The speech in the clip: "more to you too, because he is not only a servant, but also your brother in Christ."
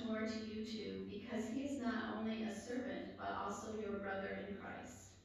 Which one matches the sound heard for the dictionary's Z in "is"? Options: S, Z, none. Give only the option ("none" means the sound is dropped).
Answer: Z